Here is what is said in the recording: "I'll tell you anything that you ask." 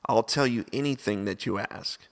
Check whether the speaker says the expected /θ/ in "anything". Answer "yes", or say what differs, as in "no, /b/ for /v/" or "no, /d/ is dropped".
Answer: yes